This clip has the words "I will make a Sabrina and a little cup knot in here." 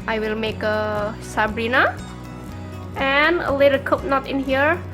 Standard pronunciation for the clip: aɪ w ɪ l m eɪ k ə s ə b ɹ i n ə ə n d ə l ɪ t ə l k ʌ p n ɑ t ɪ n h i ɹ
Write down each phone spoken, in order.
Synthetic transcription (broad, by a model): aɪ w ɪ l m eɪ k ə s ə b ɹ i n ə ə n ə l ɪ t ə k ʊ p n ɑ t ɪ n h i ɹ